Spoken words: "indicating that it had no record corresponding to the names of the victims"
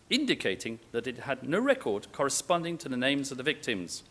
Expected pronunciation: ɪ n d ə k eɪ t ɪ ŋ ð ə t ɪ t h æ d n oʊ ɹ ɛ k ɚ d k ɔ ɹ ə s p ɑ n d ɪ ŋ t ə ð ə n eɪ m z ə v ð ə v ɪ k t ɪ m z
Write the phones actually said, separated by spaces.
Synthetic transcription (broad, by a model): ɪ n d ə k eɪ t ɪ ŋ ð ə t ɪ t h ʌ d n oʊ ɹ ɛ k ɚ d k ɔ ɹ ə s p ɑ n d ɪ ŋ t ə ð ə n eɪ m z ə v ð ə v ɪ k t ɪ m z